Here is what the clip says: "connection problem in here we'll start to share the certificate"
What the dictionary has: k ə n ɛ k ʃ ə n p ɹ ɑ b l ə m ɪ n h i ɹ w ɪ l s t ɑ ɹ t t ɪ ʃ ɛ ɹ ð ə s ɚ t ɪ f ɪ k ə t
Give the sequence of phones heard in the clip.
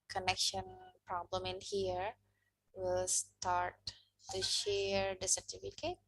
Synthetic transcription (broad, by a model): k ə n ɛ k ʃ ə n p ɹ ɑ b l ə m ɪ n h i ɹ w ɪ l s t ɑ ɹ t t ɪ ʃ ɛ ɹ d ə s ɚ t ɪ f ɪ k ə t